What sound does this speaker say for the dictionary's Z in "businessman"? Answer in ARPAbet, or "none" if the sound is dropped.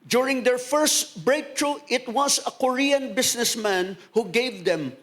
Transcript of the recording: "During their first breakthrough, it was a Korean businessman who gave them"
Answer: S